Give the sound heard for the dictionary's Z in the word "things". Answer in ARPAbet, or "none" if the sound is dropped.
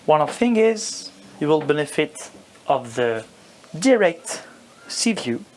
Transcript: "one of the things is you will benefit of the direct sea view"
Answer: none